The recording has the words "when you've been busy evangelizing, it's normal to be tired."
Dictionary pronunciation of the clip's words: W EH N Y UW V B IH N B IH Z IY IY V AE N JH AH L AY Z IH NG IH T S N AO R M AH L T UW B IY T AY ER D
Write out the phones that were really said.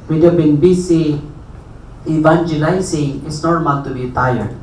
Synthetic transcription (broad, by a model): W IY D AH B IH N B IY S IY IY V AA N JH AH L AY S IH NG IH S N AO R M AH L T UW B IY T AY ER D